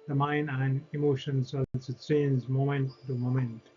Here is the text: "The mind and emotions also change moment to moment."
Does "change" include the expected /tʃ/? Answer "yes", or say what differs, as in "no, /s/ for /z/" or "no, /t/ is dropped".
no, /s/ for /tʃ/